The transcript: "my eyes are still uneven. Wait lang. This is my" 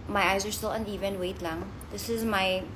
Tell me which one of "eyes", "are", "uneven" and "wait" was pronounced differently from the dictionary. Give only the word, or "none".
none